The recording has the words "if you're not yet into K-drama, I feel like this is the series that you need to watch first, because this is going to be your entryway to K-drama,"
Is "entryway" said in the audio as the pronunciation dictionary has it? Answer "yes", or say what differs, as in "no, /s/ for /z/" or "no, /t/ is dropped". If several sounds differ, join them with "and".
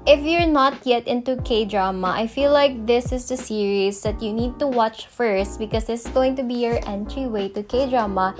yes